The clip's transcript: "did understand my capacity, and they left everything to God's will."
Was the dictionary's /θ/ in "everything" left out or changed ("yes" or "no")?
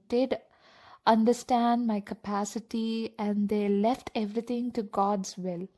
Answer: yes